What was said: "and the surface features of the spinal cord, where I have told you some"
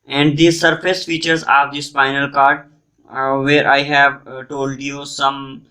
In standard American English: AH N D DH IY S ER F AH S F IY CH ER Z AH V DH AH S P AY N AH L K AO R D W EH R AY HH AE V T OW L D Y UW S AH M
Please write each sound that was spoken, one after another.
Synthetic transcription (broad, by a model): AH N D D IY S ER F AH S F IY CH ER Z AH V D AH S F AY N AH L K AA R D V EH R AY HH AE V T OW L D Y UW S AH M